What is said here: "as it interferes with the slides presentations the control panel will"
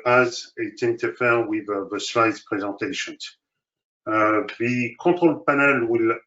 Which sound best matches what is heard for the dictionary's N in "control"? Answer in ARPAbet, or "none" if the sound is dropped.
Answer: none